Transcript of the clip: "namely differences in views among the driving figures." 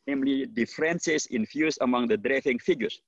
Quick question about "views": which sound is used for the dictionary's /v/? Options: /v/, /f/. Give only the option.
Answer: /f/